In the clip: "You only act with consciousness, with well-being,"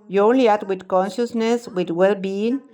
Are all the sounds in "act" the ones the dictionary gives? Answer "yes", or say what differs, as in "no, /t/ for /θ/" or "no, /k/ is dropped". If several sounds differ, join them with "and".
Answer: no, /k/ is dropped